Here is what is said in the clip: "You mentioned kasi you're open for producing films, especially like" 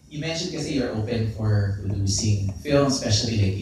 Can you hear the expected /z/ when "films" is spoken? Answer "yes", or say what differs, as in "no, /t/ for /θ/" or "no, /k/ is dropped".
no, /z/ is dropped